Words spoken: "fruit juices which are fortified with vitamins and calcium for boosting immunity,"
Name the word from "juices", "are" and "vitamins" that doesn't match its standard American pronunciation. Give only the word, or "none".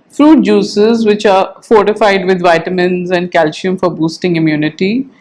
none